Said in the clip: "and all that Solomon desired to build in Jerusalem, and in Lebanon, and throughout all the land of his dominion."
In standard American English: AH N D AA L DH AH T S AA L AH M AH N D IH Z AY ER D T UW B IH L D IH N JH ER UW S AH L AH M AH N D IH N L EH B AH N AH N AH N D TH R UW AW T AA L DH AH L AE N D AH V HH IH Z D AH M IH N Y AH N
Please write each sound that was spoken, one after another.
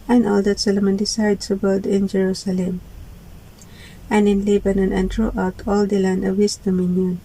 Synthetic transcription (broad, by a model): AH N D AA L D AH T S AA L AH M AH N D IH S AY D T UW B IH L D IH N JH ER UW S AH L AH M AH N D IH N L EH B AH N AH N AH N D R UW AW T AA L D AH L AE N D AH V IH S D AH M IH N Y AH N